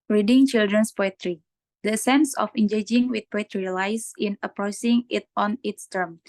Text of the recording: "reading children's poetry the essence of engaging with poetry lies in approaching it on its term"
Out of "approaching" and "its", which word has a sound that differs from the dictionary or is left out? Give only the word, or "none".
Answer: approaching